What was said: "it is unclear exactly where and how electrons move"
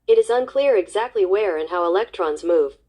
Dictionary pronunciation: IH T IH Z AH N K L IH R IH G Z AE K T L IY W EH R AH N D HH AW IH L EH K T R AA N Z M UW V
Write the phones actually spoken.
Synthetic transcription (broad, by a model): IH T IH Z AH N K L IH R IH G Z AE K T L IY W EH R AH N HH AW IH L EH K T R AA N Z M UW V